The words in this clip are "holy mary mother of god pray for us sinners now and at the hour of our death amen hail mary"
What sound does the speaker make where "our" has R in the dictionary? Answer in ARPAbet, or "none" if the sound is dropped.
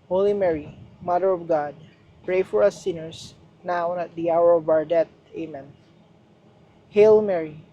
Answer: R